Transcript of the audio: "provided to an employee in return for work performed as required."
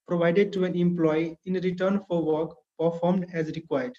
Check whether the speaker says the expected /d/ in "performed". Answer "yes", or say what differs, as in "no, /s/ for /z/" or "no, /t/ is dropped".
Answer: yes